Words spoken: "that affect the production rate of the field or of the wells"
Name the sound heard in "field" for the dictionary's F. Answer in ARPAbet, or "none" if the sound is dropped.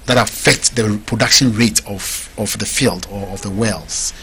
F